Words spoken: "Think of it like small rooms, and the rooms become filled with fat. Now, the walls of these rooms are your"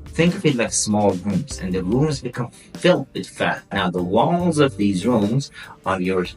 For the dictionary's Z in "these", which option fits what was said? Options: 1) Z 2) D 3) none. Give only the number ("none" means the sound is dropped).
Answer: 1